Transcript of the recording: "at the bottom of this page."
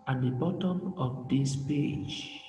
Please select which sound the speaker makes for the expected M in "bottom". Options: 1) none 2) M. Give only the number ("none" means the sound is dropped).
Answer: 2